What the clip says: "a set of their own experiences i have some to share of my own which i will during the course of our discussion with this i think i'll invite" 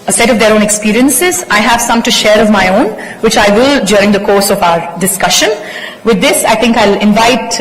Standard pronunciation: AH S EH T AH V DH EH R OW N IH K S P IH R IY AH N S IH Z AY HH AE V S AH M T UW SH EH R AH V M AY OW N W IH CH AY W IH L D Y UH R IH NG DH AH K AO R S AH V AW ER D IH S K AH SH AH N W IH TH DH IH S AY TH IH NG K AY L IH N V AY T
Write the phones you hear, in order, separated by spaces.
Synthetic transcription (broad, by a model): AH S EH T AH V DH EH R OW N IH K S P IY R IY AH N S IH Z AY HH AE V S AH M T UW SH EH R AH V M AY OW N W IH CH AY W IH L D Y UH R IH NG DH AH K AO R S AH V AW ER D IH S K AH SH AH N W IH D IH S AY T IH NG K AY L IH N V AY T